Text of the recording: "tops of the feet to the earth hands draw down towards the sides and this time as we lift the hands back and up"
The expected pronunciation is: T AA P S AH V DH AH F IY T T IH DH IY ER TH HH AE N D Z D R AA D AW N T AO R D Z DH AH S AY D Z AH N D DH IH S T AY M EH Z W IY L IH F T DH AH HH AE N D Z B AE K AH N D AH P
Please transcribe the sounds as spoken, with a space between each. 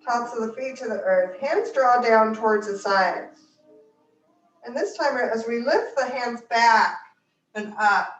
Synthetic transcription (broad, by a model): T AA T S AH V DH AH F IY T T IH DH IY ER TH HH AE N D Z D R AA D AW N T AO R D Z DH AH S AY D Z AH N DH IH S T AY M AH Z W IY L IH F T DH AH HH AE N D Z B AE K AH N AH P